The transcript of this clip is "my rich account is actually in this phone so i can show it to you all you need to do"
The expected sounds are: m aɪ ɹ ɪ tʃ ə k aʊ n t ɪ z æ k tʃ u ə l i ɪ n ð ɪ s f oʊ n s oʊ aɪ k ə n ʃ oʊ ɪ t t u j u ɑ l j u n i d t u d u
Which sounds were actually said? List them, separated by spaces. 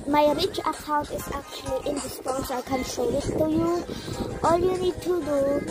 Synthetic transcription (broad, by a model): m aɪ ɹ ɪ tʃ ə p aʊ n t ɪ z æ k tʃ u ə l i ɪ n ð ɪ s p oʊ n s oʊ aɪ k ə n s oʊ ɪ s t u j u ɑ l j u n i d t u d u